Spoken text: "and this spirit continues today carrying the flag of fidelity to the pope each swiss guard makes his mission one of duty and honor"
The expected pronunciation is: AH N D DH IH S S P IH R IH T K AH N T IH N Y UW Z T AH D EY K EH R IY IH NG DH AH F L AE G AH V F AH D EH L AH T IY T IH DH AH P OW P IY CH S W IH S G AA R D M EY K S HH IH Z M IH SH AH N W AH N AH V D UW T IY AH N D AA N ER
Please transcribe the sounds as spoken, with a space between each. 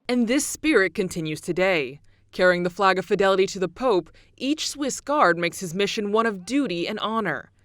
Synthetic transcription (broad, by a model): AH N DH IH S S P IH R IH T K AH N T IH N Y UW Z T AH D EY K EH R IY IH NG DH AH F L AE G AH V F AH D EH L AH T IY T IH DH AH P OW P IY CH S W IH S G AA R D M EY K S HH IH Z M IH SH AH N W AH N AH V D UW T IY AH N AA N ER